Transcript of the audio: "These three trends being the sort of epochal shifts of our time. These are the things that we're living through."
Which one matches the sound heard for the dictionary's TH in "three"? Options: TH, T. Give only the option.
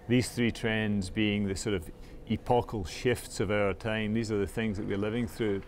TH